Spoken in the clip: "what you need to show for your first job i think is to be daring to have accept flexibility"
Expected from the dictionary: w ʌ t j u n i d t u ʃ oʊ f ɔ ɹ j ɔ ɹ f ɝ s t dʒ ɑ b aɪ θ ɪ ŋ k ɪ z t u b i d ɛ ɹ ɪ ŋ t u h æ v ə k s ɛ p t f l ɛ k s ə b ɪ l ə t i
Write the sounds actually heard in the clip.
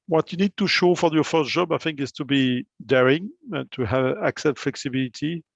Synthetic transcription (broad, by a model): w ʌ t j u n i d t u ʃ oʊ f ɔ ɹ j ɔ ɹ f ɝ s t dʒ ɑ b aɪ θ ɪ ŋ k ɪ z t u b i d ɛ ɹ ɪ ŋ t u h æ v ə k s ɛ t f l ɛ k s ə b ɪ l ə t i